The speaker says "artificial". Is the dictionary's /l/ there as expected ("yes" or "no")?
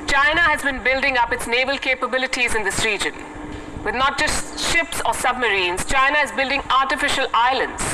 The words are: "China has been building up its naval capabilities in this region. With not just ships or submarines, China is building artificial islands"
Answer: yes